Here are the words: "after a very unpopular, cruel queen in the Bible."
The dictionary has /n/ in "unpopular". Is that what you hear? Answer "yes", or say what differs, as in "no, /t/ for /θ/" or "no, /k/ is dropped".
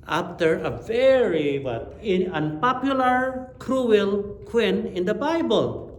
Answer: yes